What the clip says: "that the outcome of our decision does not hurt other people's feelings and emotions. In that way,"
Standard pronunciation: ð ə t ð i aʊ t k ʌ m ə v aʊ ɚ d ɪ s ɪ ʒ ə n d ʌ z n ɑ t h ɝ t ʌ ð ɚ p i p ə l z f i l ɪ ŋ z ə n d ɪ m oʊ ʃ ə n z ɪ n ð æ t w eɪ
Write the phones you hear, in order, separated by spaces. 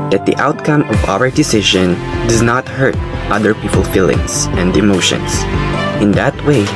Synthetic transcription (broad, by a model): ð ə t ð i aʊ t k ʌ m ə v aʊ ɚ d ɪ s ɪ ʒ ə n d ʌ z n ɑ t h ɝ t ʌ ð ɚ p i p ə l f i l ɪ ŋ s ə n d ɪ m oʊ ʃ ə n s ɪ n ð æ t w eɪ